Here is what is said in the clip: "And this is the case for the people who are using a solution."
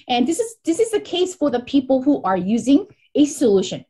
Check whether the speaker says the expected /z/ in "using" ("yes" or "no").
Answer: yes